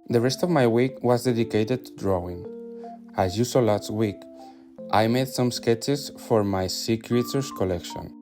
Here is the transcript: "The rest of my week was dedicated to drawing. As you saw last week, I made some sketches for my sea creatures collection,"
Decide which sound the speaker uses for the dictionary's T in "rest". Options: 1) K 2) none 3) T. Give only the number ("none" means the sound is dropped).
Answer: 3